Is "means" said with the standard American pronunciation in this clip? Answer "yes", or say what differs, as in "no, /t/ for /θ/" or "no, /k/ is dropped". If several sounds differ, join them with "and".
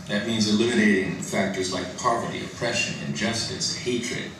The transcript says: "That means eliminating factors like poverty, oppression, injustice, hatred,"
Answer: yes